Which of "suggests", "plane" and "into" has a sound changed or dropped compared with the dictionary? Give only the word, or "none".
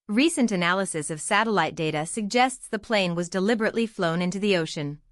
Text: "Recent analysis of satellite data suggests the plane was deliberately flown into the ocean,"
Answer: none